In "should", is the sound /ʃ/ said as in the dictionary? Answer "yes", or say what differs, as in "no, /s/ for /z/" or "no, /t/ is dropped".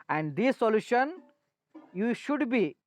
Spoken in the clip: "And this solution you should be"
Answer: yes